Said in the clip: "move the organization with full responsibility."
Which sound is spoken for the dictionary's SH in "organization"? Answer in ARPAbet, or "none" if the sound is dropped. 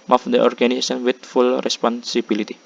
S